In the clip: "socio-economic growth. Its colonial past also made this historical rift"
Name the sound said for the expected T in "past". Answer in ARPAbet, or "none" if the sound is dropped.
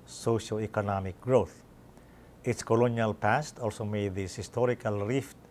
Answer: T